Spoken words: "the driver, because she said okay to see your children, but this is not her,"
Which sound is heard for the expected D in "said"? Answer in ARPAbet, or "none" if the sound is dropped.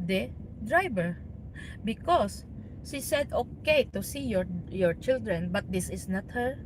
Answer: D